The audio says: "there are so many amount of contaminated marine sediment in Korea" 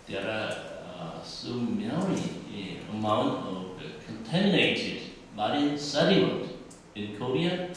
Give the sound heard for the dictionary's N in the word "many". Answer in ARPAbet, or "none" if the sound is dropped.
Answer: L